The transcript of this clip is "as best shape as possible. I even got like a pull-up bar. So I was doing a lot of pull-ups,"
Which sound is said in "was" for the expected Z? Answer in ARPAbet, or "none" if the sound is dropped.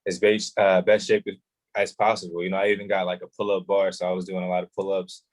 Z